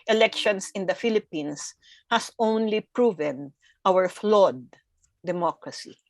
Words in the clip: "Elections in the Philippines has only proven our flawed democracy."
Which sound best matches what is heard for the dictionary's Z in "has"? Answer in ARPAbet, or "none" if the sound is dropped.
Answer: S